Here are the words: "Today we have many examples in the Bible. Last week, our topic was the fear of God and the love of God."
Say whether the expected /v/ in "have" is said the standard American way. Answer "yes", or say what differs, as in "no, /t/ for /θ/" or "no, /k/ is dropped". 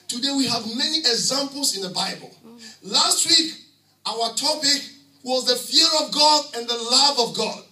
yes